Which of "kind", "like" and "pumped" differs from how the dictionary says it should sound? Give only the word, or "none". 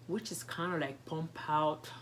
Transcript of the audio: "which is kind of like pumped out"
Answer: pumped